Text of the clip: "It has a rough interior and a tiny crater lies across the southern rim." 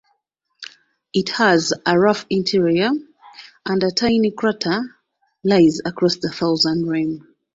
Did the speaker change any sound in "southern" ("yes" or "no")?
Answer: yes